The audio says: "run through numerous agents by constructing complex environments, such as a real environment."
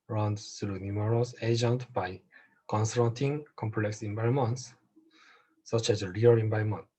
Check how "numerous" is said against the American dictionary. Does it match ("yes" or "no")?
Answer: no